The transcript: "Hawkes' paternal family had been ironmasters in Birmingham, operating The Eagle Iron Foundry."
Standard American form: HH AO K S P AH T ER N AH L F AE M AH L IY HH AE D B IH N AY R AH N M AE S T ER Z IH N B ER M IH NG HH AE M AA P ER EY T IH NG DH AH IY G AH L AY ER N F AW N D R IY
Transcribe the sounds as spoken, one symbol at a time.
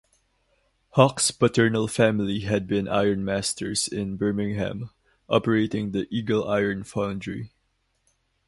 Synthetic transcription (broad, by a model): HH AO K S P AH T ER N AH L F AE M AH L IY HH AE D B IH N AY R N M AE S T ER S IH N B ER M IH NG HH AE M AA P ER EY T IH NG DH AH IY G AH L AY ER N F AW N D R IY